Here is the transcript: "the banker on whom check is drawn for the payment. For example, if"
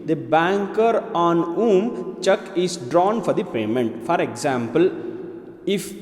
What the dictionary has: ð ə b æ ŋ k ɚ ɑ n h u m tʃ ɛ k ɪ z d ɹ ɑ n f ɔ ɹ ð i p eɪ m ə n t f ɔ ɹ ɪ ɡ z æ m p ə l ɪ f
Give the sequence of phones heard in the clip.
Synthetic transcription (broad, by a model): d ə b æ ŋ k ɚ ɑ n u m tʃ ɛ k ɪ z d ɹ ɑ n f ɔ ɹ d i p eɪ m ə n t f ɔ ɹ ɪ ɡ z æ m p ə l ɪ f